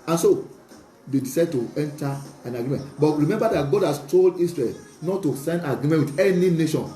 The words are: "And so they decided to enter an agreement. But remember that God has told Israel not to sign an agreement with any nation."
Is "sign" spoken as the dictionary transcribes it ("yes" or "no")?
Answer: no